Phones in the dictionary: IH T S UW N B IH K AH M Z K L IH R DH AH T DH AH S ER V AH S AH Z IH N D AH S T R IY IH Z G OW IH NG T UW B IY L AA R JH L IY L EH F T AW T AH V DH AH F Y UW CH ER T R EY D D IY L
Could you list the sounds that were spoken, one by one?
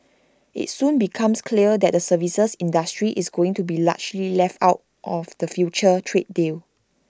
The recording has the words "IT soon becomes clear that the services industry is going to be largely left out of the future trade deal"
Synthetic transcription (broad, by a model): IH T S UW N B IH K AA M S K L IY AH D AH T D AH S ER V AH S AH S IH N D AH S T R IY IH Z G OW IH NG T UW B IY L AA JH L IY L EH F T AW T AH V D AH F Y UW CH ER T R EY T D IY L